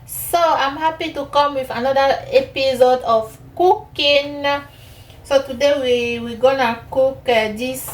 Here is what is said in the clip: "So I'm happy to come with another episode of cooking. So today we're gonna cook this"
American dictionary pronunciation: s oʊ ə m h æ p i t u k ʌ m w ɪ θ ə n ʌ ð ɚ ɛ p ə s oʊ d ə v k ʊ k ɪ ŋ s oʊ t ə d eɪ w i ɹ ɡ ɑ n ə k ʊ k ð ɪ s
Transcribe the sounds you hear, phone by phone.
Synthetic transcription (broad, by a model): s oʊ ə m h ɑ p i t u k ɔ m w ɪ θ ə n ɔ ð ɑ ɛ p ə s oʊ d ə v k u k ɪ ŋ s oʊ t ə d eɪ w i w ɡ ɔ n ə k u k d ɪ s